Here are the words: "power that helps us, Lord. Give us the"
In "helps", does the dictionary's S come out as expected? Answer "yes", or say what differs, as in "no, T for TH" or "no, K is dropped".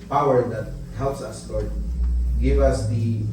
yes